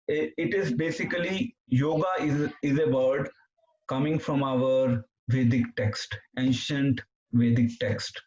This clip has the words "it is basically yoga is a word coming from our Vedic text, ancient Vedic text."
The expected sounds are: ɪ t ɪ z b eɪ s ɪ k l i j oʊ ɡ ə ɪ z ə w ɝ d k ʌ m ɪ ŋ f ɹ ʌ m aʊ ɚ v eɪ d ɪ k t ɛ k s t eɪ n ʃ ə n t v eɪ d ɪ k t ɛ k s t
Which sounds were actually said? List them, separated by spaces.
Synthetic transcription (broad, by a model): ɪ t ɪ z b eɪ s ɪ k l i j oʊ ɡ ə ɪ z ə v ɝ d k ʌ m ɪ ŋ f ɹ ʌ m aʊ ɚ v eɪ d ɪ k t ɛ k s t eɪ n ʃ ə n t v eɪ d ɪ k t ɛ k s t